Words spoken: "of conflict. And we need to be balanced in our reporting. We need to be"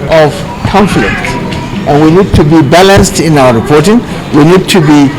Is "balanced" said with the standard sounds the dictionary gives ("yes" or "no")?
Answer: yes